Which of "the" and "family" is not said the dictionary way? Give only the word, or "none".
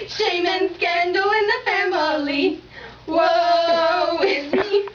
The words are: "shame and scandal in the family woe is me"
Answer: none